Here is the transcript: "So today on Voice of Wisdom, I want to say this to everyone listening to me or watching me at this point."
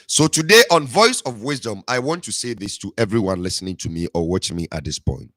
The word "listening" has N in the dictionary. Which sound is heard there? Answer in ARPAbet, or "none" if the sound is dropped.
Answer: N